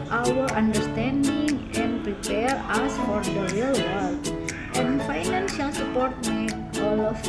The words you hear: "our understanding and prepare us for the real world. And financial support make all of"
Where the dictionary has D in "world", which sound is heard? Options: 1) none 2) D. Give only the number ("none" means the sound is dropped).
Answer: 1